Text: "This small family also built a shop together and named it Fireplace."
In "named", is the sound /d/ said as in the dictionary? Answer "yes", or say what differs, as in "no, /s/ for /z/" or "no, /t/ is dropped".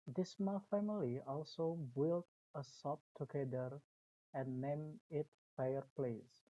no, /d/ is dropped